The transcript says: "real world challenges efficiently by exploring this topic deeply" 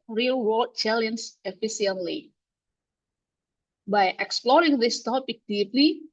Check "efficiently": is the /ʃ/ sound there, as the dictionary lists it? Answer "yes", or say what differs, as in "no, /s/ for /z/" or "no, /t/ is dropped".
no, /ʃ/ is dropped